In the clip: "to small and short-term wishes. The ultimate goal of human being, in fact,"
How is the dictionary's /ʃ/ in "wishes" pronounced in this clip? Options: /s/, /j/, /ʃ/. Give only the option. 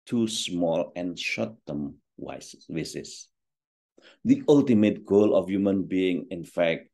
/s/